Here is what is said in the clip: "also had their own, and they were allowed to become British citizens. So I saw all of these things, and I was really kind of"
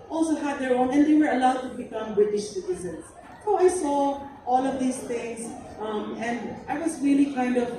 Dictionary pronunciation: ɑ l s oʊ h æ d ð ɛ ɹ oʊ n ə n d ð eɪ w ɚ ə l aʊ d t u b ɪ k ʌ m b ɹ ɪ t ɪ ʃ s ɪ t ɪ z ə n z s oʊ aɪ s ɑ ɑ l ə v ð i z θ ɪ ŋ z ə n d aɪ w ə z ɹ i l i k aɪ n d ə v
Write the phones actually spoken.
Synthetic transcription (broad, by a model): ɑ l s oʊ h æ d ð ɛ ɹ oʊ n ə n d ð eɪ w ɚ ə l aʊ d t u b ɪ k ʌ m b ɹ ɪ t ɪ ʃ s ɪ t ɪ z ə n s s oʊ aɪ s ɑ ɑ l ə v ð i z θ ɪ ŋ s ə n d aɪ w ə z ɹ i l i k aɪ n d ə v